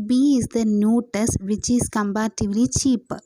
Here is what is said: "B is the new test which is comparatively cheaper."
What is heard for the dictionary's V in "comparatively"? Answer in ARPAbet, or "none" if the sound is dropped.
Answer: B